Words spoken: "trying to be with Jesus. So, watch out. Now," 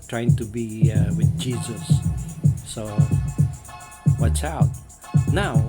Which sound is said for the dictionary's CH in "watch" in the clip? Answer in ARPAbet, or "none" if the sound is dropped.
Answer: S